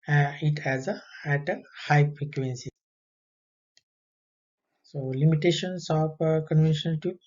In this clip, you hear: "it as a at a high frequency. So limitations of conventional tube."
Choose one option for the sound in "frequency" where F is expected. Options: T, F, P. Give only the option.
P